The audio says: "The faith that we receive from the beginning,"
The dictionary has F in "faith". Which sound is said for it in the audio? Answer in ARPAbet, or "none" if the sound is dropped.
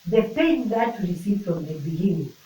P